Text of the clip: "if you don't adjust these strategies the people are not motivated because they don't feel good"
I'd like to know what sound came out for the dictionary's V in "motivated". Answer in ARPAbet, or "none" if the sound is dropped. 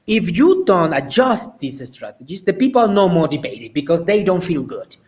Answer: B